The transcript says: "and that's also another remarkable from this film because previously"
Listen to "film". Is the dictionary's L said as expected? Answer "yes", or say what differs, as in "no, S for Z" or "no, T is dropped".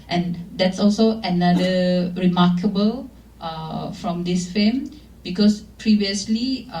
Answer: no, L is dropped